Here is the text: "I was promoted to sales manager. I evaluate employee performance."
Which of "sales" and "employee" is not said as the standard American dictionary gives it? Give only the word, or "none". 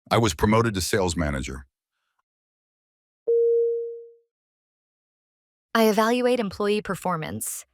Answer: none